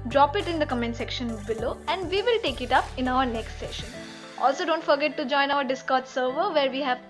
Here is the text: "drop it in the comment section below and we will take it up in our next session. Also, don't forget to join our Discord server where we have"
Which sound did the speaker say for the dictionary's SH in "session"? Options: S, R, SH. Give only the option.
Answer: SH